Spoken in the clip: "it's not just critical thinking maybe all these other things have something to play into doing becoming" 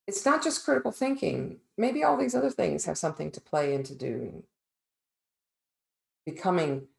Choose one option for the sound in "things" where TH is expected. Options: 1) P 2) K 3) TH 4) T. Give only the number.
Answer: 3